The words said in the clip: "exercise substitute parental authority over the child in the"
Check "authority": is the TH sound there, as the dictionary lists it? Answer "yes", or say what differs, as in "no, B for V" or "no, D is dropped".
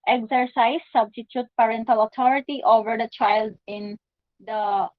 no, T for TH